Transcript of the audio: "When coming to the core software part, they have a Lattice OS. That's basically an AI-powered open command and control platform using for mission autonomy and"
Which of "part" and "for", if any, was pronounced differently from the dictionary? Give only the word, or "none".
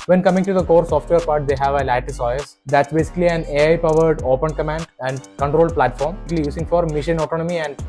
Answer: none